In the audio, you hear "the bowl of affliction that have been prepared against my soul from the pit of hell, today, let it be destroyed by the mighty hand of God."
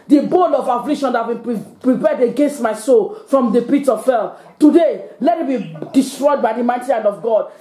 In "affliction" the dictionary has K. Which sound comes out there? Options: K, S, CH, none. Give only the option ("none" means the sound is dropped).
none